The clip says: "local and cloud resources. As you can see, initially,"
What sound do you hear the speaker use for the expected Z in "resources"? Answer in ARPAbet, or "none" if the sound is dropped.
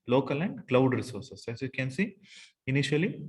S